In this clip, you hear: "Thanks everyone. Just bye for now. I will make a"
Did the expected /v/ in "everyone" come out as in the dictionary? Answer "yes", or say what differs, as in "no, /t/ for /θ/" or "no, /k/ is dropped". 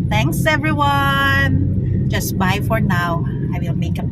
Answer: yes